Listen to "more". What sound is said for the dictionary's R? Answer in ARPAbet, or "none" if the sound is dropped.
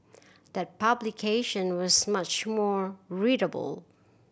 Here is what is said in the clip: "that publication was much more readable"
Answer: R